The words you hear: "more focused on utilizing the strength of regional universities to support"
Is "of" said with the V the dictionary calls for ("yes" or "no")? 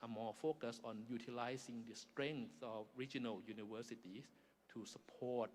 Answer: no